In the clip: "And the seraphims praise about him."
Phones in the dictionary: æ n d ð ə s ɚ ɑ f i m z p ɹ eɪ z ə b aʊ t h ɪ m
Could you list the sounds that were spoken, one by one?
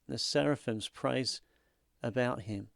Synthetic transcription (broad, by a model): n ð ə s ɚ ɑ f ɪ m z p ɹ eɪ z ə b aʊ t h ɪ m